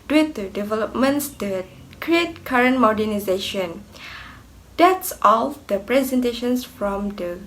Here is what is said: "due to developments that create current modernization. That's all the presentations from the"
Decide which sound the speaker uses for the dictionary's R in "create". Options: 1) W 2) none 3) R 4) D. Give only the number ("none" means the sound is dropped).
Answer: 3